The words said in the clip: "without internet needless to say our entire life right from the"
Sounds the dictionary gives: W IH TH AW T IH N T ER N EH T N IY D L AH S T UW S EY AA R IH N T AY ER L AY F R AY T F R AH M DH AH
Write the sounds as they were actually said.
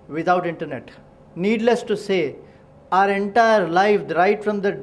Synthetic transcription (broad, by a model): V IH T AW T IH N T ER N EH T N IY D L AH S T UW S EY AA R IH N T AY ER L AY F R AY T F R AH M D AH